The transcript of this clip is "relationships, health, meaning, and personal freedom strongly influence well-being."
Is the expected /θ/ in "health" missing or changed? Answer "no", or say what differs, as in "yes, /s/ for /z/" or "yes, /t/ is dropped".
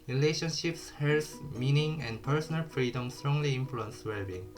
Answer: yes, /s/ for /θ/